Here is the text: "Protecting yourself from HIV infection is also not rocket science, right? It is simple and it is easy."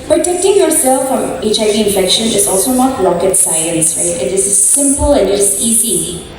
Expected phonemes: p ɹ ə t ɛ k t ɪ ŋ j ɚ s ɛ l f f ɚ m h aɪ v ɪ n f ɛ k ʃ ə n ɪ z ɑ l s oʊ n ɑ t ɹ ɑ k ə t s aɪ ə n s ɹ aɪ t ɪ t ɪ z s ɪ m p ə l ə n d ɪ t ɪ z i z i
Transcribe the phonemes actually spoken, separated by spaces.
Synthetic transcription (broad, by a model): p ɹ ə t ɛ k t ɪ ŋ j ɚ s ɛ l f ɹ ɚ m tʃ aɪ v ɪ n f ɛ k ʃ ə n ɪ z ɑ l s oʊ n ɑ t l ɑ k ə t s aɪ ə n s ɹ aɪ t ɪ t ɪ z s ɪ m p ə l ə n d ɪ t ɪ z i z i